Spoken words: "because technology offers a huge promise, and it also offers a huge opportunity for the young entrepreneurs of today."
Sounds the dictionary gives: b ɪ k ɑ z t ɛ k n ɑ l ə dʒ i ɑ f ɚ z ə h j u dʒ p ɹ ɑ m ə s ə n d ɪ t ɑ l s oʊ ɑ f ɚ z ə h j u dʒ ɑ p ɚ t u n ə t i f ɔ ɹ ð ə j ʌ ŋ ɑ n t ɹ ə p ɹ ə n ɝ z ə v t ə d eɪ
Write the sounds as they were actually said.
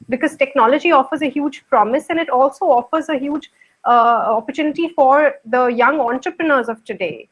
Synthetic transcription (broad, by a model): b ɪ k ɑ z t ɛ k n ɑ l ə dʒ i ɑ f ɚ z ə h j u dʒ p ɹ ɑ m ə s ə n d ɪ t ɑ l s oʊ ɑ f ɚ z ə h j u dʒ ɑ p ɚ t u n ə t i f ɔ ɹ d ə j ʌ ŋ ɑ n t ɹ ə p ɹ ə n ɝ z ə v t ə d eɪ